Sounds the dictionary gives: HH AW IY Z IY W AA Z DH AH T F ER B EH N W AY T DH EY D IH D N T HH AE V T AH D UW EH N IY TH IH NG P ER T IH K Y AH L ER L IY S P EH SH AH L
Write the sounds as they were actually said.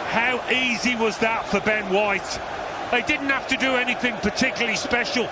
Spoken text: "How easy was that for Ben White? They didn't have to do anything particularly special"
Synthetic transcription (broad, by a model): HH AW IY Z IY W AA Z DH AH T F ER B EH N W AY T DH EY D IH D N T HH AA F T AH D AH EH N IY TH IH NG P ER T IH K Y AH L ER L IY S P EH SH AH L